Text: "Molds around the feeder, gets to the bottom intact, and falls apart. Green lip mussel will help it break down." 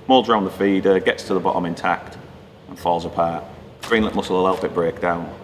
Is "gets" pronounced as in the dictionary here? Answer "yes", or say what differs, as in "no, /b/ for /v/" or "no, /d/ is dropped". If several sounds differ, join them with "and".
yes